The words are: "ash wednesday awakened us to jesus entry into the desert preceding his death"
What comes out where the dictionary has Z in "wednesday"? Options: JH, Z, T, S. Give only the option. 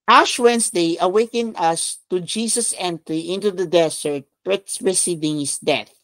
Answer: S